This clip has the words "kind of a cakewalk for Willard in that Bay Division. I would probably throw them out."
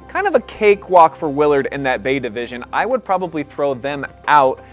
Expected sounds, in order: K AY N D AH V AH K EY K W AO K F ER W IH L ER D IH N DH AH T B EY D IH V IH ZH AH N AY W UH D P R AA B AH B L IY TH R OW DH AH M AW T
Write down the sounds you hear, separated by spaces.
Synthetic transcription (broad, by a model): K AY N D AH V AH K EY K W AO K F ER W IH L ER D IH N DH AH T B EY D IH V IH ZH AH N AY W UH D P R AA B AH B L IY TH R OW DH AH M AW T